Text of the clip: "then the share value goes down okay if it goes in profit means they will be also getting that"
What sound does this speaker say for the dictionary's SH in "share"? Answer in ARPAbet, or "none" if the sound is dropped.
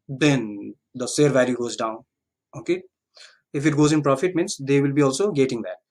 S